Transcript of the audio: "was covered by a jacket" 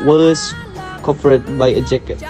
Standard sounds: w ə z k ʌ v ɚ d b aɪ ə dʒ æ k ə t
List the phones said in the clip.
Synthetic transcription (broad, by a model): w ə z k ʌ p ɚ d b aɪ ə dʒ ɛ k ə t